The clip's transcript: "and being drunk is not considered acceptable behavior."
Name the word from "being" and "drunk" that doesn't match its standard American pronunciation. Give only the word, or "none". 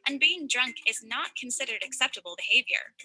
none